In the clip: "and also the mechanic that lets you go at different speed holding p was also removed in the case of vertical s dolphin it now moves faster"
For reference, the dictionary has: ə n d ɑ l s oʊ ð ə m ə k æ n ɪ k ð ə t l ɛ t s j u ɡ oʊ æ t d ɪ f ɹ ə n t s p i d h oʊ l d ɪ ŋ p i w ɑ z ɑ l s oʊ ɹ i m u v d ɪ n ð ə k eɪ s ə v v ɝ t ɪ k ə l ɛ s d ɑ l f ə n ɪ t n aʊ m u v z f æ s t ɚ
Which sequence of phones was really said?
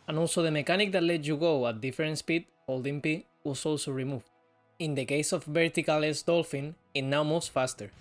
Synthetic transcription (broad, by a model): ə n ɑ l s oʊ ð ə m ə k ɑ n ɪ k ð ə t l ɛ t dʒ j u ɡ oʊ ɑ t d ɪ f ɹ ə n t s p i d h oʊ l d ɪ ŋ p i w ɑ s ɑ l s oʊ ɹ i m u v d ɪ n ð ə k eɪ s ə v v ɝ t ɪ k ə l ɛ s d ɑ l f ə n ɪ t n aʊ m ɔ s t f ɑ s t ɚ